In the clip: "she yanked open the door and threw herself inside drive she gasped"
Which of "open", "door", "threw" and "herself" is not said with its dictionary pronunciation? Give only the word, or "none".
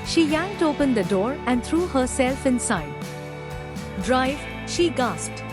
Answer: threw